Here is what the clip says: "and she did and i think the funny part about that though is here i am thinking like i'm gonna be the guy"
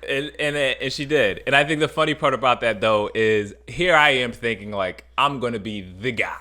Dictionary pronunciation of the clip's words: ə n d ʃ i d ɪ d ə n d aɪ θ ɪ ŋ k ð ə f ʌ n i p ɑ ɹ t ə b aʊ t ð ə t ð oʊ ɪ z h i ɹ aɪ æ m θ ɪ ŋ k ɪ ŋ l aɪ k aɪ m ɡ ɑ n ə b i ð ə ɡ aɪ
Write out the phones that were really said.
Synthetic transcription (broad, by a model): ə n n ʃ i d ɪ d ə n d aɪ θ ɪ ŋ k ð ə f ʌ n i p ɑ ɹ t ə b aʊ t ð ə t ð oʊ ɪ z h i ɹ aɪ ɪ m θ ɪ ŋ k ɪ ŋ l aɪ k aɪ m ɡ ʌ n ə b i ð ə ɡ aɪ